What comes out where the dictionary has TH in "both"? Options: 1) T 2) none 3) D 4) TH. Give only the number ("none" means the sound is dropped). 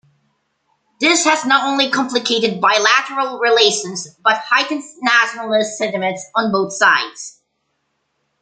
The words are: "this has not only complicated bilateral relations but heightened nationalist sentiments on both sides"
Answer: 4